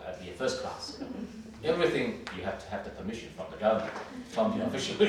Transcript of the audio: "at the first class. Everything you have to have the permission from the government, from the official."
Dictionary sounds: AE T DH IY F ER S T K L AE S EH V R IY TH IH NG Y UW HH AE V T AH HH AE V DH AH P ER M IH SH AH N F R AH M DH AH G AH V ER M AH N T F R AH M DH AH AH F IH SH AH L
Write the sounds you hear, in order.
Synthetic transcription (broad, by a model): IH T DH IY F ER S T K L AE S EH V R IY TH IH NG Y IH HH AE F T AH HH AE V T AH P ER M IH SH AH N F R AH M DH AH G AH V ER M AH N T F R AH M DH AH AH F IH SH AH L